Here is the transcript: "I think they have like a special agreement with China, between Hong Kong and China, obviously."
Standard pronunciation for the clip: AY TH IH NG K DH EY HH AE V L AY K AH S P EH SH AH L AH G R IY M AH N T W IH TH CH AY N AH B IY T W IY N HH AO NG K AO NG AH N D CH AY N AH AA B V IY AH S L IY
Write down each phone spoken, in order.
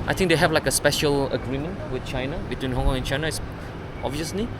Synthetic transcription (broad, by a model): AY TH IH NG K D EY HH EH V L AY K AH S P EH SH AH L AH G R IY M AH N T W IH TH CH AY N AH B IY T W IY N HH AO NG K AO NG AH N CH AY N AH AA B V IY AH S L IY